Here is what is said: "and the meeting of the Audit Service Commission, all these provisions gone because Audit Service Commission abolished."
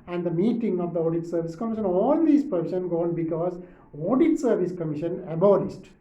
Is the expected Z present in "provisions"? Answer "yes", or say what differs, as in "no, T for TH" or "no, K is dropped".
no, Z is dropped